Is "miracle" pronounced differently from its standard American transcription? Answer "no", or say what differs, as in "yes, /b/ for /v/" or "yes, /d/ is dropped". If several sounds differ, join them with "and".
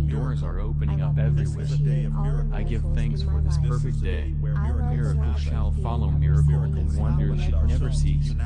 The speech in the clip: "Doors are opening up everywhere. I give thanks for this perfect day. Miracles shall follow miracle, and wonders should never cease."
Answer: yes, /k/ is dropped